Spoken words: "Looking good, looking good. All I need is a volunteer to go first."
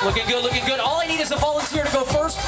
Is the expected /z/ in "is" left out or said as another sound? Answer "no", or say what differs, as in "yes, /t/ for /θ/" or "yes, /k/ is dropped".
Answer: no